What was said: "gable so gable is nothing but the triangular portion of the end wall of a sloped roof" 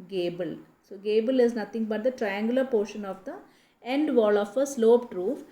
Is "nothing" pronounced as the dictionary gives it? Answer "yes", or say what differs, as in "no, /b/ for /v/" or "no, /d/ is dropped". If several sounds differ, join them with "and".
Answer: no, /t/ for /θ/